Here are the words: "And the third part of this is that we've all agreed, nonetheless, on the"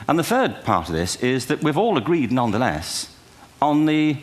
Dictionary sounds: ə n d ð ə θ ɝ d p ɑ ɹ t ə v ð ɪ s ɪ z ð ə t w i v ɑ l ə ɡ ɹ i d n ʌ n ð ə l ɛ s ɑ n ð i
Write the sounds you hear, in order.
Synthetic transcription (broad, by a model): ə n ð ə θ ɝ d p ɑ ɹ t ə v ð ɪ s ɪ z ð ə t w i v ɑ l ə ɡ ɹ i d n ʌ n ð ə l ɛ s n ð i